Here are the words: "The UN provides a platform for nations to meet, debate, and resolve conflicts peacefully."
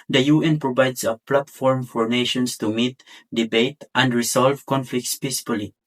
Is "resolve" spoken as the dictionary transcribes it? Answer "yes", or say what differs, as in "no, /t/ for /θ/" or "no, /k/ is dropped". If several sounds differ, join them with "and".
no, /s/ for /z/